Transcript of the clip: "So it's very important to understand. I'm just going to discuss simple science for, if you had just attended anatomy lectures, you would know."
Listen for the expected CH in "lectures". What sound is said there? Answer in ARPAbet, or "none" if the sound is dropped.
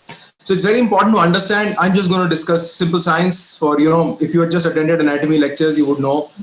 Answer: CH